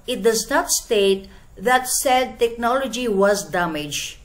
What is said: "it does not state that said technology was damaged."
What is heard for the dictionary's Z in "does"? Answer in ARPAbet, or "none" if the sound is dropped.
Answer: Z